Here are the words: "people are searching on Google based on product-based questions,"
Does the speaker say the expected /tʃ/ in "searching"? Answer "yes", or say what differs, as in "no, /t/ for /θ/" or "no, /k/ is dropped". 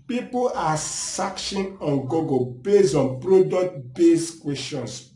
no, /ʃ/ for /tʃ/